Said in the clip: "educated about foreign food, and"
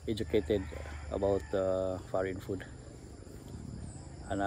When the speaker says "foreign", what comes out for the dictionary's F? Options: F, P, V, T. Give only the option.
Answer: F